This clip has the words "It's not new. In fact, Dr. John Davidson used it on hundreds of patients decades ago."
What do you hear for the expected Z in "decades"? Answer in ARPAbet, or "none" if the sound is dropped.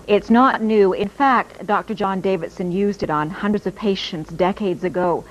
Z